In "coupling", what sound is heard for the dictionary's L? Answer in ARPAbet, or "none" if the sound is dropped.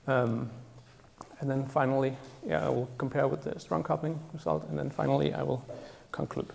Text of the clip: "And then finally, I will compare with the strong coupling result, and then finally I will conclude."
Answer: none